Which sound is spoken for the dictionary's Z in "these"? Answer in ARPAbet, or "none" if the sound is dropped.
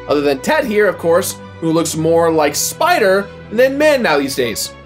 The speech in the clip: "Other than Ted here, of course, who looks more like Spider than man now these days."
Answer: Z